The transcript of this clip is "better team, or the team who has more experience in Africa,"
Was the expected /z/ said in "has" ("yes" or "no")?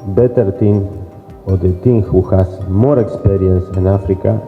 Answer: no